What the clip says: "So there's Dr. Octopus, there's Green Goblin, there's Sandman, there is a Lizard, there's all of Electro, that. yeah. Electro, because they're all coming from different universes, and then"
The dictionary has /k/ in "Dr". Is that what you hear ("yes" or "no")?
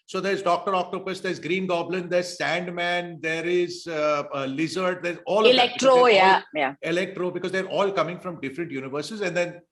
yes